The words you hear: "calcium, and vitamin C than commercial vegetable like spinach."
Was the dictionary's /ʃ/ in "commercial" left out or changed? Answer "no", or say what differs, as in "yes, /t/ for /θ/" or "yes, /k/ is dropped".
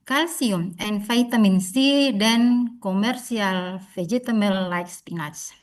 yes, /s/ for /ʃ/